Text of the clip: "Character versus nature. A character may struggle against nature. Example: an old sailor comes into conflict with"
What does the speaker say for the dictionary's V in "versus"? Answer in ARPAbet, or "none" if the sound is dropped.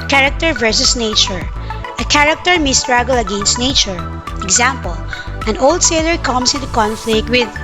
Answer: V